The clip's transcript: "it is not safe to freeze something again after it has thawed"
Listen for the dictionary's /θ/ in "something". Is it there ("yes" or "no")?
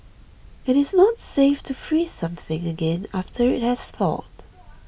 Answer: yes